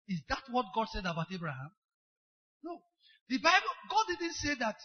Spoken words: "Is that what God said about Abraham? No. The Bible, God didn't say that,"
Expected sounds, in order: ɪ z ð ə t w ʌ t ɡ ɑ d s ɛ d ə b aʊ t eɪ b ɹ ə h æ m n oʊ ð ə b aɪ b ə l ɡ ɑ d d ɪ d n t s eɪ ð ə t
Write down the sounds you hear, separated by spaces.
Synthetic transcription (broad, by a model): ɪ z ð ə t w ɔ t ɡ ɑ d s ɛ d ə b aʊ t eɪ b ɹ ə h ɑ m n oʊ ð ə b aɪ b ə l ɡ ɑ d d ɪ d n t s eɪ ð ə t